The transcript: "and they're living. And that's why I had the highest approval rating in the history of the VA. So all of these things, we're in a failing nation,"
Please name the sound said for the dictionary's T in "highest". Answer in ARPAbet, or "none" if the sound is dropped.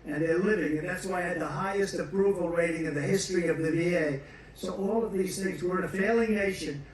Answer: T